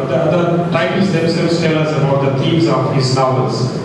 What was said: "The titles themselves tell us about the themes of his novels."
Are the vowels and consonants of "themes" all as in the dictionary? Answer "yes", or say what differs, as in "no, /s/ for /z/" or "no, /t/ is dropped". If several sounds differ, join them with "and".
no, /t/ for /θ/